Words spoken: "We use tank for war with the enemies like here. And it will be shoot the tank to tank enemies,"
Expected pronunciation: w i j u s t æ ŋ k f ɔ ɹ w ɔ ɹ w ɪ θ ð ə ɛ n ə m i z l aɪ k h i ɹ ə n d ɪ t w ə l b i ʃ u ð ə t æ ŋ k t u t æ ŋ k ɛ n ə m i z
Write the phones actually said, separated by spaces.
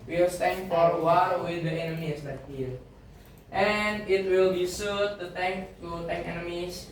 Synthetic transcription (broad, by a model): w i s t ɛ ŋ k f ɔ ɹ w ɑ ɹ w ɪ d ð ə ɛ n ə m i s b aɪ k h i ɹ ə n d ɪ t w ə l b i s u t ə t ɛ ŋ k t u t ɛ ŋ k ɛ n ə m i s